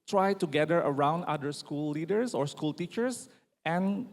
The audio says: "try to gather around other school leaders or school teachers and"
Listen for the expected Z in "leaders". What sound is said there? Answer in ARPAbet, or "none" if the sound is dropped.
S